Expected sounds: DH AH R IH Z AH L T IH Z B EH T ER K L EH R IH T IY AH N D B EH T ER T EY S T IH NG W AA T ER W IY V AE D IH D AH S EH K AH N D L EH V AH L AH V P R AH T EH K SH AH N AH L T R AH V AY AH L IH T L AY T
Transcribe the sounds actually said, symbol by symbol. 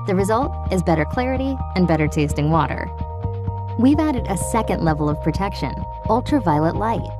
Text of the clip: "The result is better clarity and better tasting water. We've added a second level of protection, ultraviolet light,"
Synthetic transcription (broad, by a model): DH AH R IH Z AH L T IH Z B EH T ER K L EH R IH T IY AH N B EH T ER T EY S T IH NG W AA T ER W IY V AE D IH D AH S EH K AH N D L EH V L AH V P R AH T EH K SH AH N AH L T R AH V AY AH L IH T L AY T